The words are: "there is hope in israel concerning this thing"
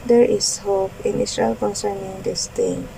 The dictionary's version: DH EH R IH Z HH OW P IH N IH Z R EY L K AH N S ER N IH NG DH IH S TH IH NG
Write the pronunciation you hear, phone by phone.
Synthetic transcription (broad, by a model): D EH R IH S HH OW P IH N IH S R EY L K AH N S ER N IH NG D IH S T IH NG